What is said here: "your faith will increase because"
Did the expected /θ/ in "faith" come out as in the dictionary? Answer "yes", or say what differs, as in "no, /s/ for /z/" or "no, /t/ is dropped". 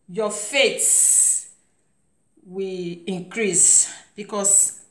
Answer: no, /s/ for /θ/